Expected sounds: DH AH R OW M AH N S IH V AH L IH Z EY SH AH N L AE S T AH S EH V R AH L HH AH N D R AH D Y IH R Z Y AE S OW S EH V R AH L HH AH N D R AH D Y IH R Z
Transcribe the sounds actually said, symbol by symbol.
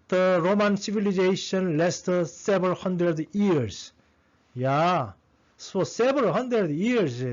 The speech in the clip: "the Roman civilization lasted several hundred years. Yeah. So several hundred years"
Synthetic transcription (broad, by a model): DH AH R OW M AH N S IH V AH L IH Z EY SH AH N L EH S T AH S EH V AH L HH AH N D R AH D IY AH R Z Y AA S OW S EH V AH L HH AH N D R AH D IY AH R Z